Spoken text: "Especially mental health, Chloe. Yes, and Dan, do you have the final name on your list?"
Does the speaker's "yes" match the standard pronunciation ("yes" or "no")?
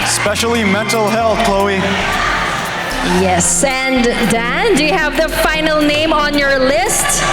yes